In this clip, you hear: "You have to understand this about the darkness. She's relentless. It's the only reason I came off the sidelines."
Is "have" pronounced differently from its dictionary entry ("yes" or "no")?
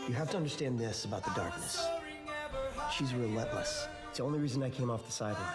yes